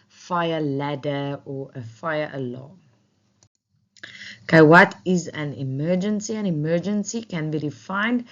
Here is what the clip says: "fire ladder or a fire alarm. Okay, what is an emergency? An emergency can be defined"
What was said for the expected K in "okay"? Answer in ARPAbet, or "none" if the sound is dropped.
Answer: none